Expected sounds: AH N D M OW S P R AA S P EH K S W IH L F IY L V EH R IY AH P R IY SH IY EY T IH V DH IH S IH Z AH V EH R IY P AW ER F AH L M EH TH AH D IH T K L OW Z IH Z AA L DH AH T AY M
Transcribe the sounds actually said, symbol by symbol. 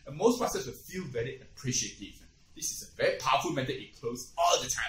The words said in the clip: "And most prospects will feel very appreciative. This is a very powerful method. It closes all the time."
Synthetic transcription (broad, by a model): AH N M OW S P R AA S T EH S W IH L F IY L V EH R IY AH P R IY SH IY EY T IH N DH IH S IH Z AH V EH R IY P AW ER F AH L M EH T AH IH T K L OW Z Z AA L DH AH T AY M